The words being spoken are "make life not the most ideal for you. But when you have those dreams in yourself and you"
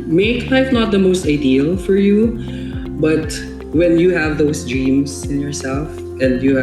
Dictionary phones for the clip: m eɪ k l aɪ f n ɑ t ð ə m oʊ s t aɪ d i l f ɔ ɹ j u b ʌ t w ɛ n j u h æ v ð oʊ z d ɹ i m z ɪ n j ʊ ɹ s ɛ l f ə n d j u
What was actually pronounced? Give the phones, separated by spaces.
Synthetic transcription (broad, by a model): m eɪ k l aɪ f n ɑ t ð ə m oʊ s t aɪ d i l f ɔ ɹ j u b ʌ t w ɛ n j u h æ v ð oʊ s d ɹ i m s ɪ n j ʊ ɹ s ɛ l f ə n d j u